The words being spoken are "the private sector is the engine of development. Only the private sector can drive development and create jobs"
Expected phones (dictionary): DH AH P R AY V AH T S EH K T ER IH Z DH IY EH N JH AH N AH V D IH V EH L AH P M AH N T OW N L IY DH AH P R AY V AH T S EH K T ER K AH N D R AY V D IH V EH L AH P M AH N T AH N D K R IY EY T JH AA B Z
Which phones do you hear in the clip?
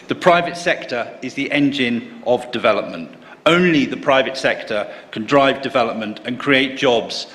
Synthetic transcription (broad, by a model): DH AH P R AY V AH T S EH K T ER IH Z DH IY EH N JH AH N AH V D IH V EH L AH P M AH N T OW N L IY DH AH P R AY V AH T S EH K T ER K AH N D R AY V D IH V EH L AH P M AH N T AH N K R IY EY T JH AA B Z